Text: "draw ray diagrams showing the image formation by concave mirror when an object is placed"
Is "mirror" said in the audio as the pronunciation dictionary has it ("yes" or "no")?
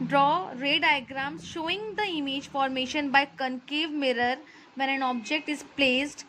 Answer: yes